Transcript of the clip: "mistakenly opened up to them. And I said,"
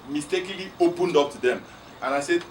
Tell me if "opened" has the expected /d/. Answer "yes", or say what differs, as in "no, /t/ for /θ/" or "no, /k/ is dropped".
yes